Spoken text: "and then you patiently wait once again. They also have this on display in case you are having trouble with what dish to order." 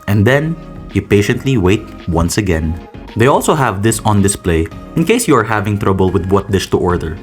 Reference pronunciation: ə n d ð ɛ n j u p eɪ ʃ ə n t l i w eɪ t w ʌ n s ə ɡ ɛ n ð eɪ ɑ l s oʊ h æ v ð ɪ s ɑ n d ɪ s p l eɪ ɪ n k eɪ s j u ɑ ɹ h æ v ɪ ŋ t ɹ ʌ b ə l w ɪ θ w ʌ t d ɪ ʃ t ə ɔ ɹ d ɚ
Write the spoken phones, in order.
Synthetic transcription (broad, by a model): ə n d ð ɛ n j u p eɪ ʃ ə n t l i w eɪ t w ʌ n s ə ɡ ɛ n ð eɪ ɑ l s oʊ h æ v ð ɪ s ɑ n d ɪ s p l eɪ ɪ n k eɪ s j u ɑ ɹ h æ v ɪ ŋ t ɹ ʌ b ə l w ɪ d w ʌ t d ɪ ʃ t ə ɔ ɹ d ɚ